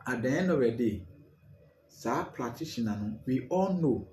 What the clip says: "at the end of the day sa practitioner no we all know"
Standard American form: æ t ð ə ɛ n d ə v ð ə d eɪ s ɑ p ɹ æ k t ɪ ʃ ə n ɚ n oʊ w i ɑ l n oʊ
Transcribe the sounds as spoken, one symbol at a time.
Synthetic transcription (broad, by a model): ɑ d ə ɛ n ə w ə d eɪ s ɑ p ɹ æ t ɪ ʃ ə n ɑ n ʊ w i ɑ l n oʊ